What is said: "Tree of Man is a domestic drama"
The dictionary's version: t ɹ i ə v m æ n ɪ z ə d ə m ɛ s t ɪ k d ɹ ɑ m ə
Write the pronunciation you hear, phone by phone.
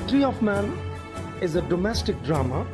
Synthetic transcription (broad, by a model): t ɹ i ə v m æ n ɪ z ə d ə m ɛ s t ɪ k d ɹ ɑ m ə